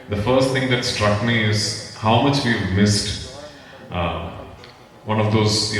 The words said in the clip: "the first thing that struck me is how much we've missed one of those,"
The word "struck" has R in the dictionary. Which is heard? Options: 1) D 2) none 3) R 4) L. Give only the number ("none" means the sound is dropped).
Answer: 3